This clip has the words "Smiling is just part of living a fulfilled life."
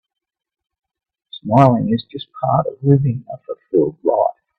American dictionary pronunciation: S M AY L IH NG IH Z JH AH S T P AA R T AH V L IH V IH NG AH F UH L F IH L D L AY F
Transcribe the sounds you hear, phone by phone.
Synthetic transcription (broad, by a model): S M AY L IH NG IH Z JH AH S P AA R T AH V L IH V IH NG AH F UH F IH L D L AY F